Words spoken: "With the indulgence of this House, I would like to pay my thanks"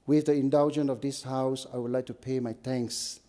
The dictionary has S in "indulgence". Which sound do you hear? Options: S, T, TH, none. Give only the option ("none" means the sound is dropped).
none